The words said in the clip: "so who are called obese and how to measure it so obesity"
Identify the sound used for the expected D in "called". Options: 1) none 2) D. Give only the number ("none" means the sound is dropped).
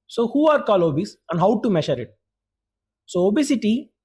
1